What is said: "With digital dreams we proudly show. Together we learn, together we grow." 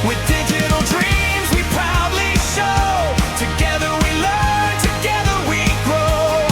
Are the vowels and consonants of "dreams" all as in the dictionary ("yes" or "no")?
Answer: yes